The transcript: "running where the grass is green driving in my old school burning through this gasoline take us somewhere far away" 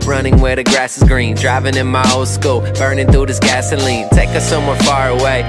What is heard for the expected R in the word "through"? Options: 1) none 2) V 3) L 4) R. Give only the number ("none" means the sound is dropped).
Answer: 1